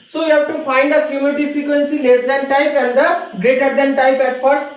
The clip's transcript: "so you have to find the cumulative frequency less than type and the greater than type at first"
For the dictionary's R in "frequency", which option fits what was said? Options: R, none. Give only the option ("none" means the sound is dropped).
none